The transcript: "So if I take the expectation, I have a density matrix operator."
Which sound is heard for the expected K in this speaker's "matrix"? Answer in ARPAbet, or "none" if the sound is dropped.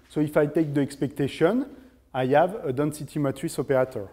none